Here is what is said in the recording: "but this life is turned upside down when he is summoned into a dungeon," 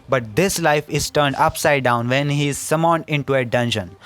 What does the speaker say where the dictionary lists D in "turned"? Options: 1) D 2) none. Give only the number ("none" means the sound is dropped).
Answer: 1